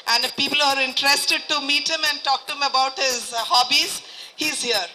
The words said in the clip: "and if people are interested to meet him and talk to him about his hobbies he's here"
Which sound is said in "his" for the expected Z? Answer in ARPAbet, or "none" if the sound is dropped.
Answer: Z